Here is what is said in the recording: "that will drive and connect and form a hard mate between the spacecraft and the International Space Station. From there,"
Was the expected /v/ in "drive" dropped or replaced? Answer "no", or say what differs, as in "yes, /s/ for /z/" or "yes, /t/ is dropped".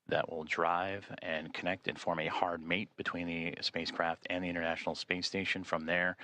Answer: no